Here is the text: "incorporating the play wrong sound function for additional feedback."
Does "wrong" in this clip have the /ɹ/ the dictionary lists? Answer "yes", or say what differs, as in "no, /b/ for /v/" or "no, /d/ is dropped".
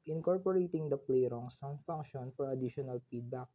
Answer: yes